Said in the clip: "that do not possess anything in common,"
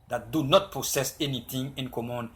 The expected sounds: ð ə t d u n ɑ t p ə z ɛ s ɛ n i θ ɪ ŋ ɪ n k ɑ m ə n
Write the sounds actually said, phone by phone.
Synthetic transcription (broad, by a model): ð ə t d u n ɑ t p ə s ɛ s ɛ n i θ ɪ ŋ ɪ n k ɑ m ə n